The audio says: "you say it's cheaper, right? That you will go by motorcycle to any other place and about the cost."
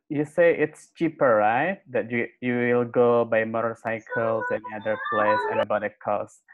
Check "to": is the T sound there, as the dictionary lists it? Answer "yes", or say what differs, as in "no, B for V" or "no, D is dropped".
no, S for T